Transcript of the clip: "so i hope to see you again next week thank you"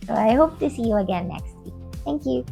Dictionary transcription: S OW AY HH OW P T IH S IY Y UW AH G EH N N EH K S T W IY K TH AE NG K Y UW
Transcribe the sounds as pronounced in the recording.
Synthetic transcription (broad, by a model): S OW AY HH OW P T IH S IY Y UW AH G EH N N EH K S T W IY K TH AE NG K Y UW